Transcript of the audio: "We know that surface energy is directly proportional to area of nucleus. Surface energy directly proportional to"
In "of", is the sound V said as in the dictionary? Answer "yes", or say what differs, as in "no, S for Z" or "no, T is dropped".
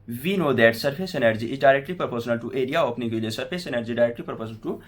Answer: no, P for V